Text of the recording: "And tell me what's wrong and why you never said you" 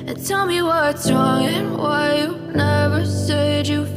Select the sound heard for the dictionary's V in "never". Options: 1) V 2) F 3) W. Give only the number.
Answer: 1